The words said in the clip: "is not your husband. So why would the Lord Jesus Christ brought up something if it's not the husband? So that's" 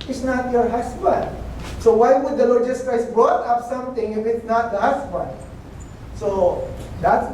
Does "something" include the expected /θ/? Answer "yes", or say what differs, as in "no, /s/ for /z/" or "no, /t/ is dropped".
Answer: no, /t/ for /θ/